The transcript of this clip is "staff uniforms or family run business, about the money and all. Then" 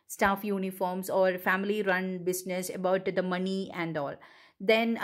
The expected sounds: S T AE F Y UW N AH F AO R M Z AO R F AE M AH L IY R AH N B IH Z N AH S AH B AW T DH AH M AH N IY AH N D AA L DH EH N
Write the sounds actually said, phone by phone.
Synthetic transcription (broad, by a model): S T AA F Y UW N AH F AO R M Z AO R F AE M AH L IY R AH N B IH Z N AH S AH B AW T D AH M AH N IY AH N D AA L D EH N